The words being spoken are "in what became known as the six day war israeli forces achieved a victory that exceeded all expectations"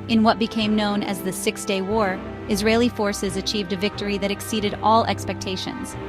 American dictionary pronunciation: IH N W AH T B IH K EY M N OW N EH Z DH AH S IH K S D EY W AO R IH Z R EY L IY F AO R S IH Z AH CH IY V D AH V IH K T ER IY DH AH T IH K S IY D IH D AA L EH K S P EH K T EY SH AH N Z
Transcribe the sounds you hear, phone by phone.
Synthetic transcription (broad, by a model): IH N W AH T B IH K EY M N OW N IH Z DH AH S IH K S D EY W AO R IH Z R EY L IY F AO R S IH Z AH CH IY V D AH V IH K T ER IY DH AH T IH K S IY D IH D AA L EH K S P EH K T EY SH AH N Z